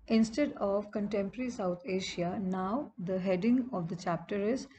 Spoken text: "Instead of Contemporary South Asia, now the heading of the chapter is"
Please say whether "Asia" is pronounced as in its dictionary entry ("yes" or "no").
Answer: no